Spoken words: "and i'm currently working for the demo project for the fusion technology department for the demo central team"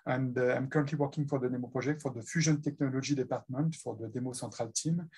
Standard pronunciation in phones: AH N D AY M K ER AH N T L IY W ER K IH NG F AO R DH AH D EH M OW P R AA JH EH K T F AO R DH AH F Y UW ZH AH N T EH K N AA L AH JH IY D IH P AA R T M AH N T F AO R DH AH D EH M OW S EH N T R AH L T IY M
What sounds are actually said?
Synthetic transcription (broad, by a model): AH N D AY M K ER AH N T L IY W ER K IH NG F AO R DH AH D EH M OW P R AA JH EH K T F AO R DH AH F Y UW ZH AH N T EH K N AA L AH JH IY D IH P AA R T M AH N T F AO R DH AH D EH M OW S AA T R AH L T IY M